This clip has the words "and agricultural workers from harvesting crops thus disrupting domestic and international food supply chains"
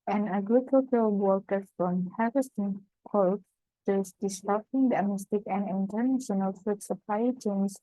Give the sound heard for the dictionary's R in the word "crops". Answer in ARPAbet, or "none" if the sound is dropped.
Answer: none